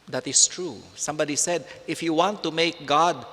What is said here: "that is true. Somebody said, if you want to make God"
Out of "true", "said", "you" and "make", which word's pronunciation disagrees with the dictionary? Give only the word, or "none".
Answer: none